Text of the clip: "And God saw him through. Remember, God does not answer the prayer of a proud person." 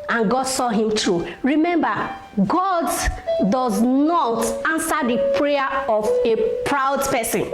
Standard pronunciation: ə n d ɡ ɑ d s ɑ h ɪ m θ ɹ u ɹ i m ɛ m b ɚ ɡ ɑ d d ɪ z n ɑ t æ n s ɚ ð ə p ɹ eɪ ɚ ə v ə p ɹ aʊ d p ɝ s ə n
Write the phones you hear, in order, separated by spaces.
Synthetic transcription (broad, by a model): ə n ɡ ɑ d s ɑ h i m t ɹ u ɹ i m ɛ m b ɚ ɡ ɑ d d ɪ z n ɑ t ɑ n s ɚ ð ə p ɹ eɪ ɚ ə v ə p ɹ aʊ d p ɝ s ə n